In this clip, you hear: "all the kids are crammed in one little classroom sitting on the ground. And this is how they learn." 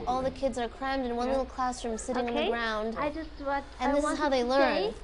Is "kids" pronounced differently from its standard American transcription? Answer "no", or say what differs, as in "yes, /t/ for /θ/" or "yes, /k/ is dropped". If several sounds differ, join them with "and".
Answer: no